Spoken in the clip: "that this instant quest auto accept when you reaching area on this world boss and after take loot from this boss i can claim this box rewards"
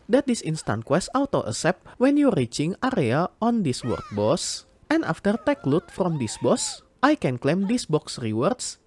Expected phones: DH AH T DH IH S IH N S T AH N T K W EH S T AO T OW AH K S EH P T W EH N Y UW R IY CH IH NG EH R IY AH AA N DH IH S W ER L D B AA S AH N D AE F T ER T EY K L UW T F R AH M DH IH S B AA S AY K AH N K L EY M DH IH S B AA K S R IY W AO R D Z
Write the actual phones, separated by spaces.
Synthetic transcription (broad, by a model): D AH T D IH S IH N S T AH N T K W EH S T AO T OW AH S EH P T W EH N Y UW R IY CH IH NG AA R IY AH AA N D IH S W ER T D B AA S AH N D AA F T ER T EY K L UW T F R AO M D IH S B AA S AY K AH N K L EY M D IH S B AA K S R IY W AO R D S